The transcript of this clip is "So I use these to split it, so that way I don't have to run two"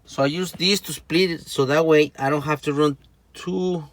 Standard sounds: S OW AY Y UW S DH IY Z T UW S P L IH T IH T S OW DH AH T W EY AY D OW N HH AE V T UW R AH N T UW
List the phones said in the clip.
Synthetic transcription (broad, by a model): S OW AY Y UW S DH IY S T UW S P L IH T IH T S OW DH AH T W EY AY D OW N HH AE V T UW R AH N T UW